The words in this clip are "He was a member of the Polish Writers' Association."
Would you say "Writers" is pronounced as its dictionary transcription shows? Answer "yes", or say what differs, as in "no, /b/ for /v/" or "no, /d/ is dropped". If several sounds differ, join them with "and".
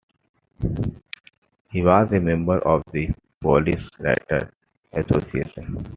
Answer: no, /z/ is dropped